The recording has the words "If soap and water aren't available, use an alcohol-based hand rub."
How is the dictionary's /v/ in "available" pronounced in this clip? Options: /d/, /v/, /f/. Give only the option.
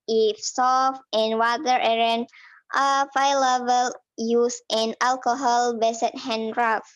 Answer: /f/